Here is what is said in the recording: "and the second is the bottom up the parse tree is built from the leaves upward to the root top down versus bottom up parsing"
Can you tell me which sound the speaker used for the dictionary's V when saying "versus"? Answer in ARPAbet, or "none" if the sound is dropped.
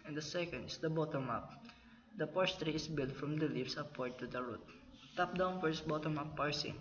F